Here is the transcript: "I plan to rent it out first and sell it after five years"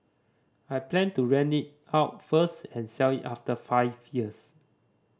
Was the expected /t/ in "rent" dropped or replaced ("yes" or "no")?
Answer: yes